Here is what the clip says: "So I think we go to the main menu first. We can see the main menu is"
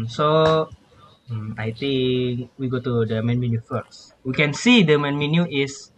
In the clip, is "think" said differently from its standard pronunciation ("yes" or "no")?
yes